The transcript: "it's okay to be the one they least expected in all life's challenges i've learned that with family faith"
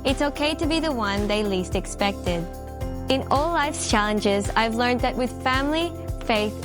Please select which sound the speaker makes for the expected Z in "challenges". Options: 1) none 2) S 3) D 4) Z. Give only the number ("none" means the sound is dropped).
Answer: 4